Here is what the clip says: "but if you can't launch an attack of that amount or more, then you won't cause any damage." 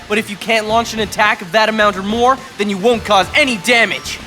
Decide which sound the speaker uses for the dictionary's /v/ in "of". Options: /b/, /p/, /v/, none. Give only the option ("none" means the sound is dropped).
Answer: /v/